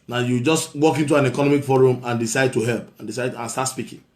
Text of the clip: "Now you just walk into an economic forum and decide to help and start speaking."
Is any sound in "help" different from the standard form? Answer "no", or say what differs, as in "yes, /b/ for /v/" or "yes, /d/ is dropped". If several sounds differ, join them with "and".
no